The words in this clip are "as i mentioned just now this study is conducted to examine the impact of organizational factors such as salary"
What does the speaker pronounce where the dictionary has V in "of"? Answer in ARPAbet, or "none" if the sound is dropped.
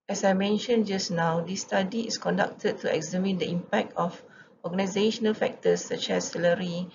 F